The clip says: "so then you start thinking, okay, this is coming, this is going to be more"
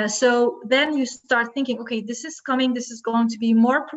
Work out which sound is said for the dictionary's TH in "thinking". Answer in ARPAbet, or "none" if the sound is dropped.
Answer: TH